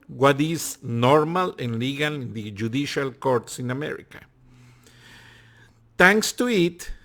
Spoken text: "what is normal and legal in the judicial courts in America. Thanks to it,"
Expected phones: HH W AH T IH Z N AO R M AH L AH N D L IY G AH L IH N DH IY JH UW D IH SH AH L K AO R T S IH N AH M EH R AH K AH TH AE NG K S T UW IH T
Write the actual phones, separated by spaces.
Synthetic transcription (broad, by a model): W W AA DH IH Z N AO R M AH L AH N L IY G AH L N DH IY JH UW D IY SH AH L K AO R T S IH N AH M EH R AH K AH T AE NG K S T UW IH T